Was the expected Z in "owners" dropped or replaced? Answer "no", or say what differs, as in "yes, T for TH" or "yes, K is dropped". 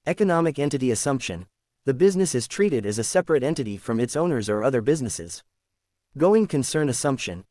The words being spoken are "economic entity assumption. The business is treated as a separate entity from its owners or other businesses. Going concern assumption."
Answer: no